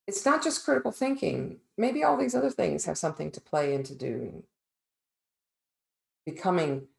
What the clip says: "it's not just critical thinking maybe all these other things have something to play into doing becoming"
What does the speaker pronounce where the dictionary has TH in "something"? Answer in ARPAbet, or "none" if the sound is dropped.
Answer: TH